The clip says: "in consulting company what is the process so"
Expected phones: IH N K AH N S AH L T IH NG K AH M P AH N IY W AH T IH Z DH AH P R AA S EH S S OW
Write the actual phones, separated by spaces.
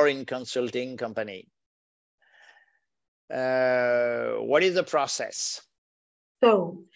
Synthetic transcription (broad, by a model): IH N K AH N S AH L T IH NG K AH M P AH N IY W AH T IH Z DH AH P R AA S EH S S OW